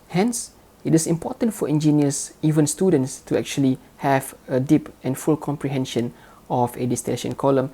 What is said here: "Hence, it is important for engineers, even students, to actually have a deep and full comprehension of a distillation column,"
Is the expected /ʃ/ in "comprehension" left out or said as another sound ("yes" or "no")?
no